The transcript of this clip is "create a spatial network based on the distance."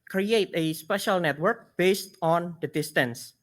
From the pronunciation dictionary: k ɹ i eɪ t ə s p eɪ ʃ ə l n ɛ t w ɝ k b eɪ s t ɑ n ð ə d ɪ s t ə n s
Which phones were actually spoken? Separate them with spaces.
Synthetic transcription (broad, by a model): k ɹ i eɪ t ə s p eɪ ʃ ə l n ɛ t w ɝ k b eɪ s t ɑ n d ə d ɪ s t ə n s